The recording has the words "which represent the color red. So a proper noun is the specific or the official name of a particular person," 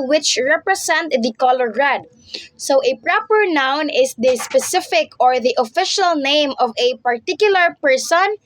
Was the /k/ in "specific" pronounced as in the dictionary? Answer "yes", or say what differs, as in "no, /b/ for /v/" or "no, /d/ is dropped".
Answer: yes